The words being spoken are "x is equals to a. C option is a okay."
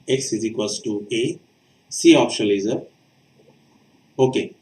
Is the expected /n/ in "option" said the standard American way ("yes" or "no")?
no